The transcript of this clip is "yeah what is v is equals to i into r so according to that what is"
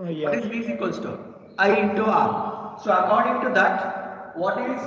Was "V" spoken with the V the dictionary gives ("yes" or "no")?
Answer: no